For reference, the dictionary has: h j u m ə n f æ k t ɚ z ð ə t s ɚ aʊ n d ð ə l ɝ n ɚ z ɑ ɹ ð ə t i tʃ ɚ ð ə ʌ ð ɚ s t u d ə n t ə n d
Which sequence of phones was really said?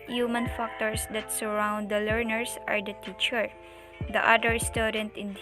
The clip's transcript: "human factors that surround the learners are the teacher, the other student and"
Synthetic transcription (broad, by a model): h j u m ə n f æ k t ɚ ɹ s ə t s ɚ aʊ n d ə l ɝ n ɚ s ɑ ɹ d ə t i tʃ ɚ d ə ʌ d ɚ s t u d ə n t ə n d